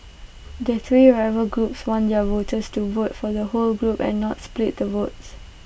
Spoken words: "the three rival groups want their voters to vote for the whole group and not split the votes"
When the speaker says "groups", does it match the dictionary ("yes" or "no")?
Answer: yes